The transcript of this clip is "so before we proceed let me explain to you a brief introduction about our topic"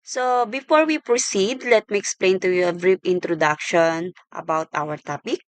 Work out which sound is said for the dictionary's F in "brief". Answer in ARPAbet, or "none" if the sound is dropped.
P